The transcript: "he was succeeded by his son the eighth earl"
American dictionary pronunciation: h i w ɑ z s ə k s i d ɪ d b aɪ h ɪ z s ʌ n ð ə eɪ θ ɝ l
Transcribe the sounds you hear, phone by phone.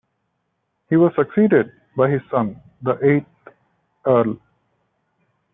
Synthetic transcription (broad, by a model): h i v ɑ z s ə k s i d ɪ d b aɪ h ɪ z s ʌ n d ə eɪ t ɝ l